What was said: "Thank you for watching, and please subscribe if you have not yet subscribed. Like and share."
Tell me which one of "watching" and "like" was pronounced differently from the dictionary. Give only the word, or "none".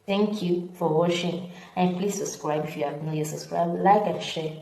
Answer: watching